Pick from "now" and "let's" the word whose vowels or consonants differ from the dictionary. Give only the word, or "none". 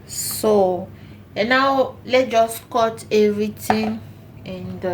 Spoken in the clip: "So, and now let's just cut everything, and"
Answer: let's